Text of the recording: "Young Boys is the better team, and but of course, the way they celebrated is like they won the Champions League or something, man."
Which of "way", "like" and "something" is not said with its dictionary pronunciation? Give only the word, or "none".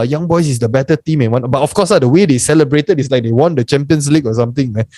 something